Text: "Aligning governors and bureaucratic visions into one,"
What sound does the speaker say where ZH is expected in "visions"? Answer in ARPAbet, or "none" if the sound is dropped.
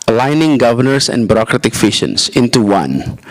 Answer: SH